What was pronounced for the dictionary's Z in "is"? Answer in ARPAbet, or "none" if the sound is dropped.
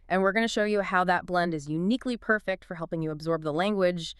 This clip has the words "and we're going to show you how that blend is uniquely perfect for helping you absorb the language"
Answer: Z